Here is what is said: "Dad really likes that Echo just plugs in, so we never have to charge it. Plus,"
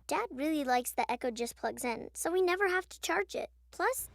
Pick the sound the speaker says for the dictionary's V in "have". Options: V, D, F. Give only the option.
F